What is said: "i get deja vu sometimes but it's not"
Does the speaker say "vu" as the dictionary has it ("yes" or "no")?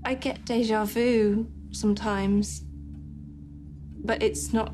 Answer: yes